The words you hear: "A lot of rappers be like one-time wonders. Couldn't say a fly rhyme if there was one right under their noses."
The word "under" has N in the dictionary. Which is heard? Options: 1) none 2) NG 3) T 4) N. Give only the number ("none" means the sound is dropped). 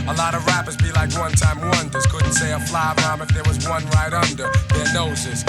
4